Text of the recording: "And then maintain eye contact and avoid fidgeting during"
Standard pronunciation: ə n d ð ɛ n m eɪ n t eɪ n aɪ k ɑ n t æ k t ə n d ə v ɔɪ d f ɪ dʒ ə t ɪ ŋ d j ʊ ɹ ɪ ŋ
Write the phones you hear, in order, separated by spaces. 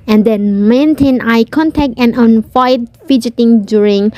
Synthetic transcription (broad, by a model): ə n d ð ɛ n m eɪ n t eɪ n aɪ k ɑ n t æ k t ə n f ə ɪ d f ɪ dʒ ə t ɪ ŋ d j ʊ ɹ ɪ ŋ